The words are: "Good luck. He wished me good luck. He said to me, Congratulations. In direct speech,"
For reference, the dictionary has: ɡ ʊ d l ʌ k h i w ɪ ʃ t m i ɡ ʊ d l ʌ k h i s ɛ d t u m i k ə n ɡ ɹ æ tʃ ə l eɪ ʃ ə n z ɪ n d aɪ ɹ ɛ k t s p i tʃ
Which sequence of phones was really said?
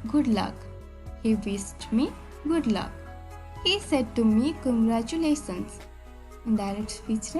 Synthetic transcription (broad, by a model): ɡ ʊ d l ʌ k h i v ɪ s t m i ɡ ʊ d l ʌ k h i s ɛ d t u m i k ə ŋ ɡ ɹ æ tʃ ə l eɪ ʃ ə n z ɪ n d aɪ ɹ ɛ k t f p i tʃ